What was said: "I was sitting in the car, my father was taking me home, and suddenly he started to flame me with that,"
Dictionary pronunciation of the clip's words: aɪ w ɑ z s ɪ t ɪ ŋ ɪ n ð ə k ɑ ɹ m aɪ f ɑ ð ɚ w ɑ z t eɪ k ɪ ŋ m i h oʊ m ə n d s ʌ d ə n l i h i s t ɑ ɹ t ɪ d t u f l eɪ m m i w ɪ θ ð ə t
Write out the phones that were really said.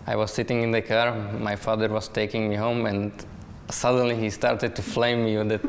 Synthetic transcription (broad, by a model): aɪ w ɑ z s ɪ t ɪ ŋ ɪ n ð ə k ɑ ɹ m aɪ f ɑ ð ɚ w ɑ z t eɪ k ɪ ŋ m i h oʊ m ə n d s ʌ d ə n l i h i s t ɑ ɹ t ɪ d t u f l eɪ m m i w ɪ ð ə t